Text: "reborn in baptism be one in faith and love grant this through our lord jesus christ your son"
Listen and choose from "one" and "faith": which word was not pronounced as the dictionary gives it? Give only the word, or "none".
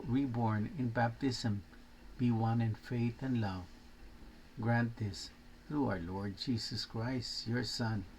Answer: none